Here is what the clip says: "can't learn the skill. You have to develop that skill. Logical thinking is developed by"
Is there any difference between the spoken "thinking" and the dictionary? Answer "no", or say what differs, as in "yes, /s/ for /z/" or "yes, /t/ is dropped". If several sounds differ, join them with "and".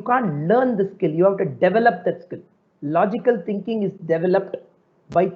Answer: yes, /t/ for /θ/